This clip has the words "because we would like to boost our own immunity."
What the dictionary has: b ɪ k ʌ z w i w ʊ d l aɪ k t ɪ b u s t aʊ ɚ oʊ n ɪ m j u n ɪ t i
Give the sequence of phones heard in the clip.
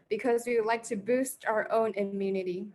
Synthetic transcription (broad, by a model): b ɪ k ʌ z w i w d l aɪ k t ɪ b u s t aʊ ɚ oʊ n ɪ m j u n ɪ t i